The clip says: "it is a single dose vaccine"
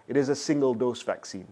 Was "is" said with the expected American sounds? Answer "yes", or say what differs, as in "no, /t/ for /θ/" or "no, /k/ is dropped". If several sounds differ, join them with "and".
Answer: yes